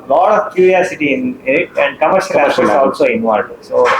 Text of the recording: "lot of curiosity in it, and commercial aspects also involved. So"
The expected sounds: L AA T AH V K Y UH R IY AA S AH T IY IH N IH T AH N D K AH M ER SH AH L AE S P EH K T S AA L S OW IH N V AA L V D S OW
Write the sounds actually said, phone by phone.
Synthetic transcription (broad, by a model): L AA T AH V K Y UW R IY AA S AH T IY IH N IH T AH N D K AH M ER SH AH L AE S EH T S AA L S OW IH N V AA L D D S OW